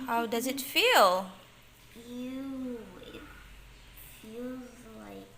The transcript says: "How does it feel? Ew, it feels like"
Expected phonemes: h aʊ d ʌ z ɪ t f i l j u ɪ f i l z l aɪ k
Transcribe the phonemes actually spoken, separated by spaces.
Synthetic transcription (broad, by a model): h aʊ d ʌ z ɪ t f i l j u ɪ f i l z l aɪ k